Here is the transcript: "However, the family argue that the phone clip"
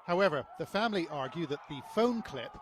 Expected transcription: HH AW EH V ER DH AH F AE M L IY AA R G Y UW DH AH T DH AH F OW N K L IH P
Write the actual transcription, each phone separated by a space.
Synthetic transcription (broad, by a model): HH AW EH V ER DH AH F AE M L IY AA R G Y UW DH AH T DH AH F OW N K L IH P